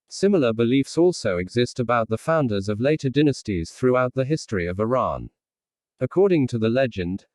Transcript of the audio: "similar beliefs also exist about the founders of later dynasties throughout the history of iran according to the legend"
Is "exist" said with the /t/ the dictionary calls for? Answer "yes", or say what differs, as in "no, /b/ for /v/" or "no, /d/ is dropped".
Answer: yes